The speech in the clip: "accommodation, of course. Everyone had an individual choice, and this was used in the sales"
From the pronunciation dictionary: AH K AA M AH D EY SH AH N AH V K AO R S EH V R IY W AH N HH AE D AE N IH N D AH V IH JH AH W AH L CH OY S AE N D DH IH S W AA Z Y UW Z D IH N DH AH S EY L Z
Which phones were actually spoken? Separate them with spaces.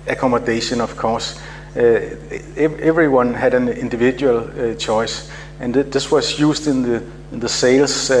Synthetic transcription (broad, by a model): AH K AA M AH D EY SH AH N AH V K AO S EH V R IY W AH N HH AE D AE N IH N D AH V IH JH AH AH L CH OY S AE N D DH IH S W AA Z Y UW S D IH N DH AH S EY L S